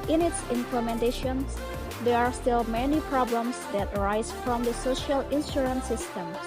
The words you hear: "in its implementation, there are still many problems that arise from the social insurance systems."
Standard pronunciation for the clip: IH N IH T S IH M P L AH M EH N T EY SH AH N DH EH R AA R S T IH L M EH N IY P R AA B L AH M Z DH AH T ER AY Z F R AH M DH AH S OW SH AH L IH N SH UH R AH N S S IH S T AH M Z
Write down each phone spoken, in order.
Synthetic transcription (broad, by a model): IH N IH T S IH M P L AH M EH N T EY SH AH N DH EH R AA R S T IH L M EH N IY P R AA B L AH M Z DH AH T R AY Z F R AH M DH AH S OW SH AH L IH N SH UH R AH N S S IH S T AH M